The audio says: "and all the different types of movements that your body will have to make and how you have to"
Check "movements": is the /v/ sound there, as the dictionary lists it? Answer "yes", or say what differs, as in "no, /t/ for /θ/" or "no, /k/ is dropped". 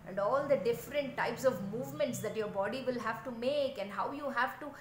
yes